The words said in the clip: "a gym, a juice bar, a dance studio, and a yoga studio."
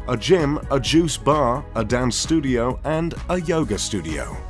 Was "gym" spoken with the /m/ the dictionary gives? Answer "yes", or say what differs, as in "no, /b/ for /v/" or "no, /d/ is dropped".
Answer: yes